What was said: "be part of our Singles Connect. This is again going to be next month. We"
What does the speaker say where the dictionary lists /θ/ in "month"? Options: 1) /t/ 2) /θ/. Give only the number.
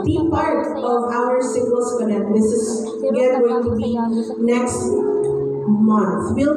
2